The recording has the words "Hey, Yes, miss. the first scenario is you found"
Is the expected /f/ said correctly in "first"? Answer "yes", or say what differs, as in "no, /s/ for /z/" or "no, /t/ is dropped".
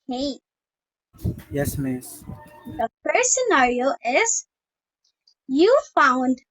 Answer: no, /p/ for /f/